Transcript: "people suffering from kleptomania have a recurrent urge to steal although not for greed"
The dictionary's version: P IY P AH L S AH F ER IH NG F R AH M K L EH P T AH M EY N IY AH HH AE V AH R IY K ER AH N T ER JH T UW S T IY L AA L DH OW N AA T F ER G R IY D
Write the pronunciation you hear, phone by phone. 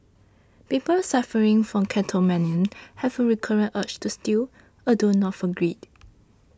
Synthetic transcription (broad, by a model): P IY P AH L S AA F ER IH NG F R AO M K EH T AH M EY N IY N HH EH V AH R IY K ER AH N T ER CH T UW S T IY L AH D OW N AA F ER G R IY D